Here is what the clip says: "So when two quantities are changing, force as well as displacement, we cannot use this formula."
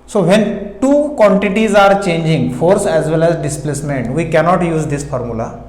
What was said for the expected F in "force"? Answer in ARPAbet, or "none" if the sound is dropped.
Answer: F